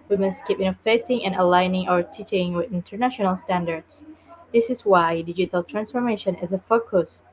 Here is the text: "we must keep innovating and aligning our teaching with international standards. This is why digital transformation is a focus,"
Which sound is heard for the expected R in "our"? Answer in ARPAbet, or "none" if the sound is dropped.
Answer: R